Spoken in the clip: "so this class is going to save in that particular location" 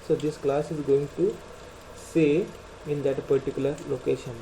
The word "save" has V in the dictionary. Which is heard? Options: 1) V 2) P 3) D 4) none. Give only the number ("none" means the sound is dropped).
4